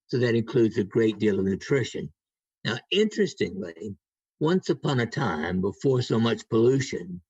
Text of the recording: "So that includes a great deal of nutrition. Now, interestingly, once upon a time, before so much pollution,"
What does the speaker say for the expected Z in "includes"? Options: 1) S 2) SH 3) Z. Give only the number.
3